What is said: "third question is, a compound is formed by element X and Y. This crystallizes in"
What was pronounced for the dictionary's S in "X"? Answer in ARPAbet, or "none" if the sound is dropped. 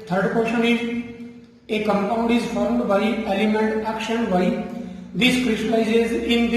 SH